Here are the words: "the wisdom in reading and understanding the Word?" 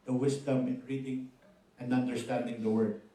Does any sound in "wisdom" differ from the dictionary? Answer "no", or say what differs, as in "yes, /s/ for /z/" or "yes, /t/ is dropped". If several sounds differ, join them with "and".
yes, /s/ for /z/